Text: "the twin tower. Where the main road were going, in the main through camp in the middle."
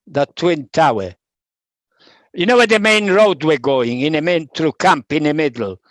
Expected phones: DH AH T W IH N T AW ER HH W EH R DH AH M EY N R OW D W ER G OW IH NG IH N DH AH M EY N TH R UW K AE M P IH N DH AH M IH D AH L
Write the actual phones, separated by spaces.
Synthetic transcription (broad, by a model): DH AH T W IH N T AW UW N W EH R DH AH M EY N R OW D W ER G OW IH NG IH N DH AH M EY N T R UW K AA M P IH N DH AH M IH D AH L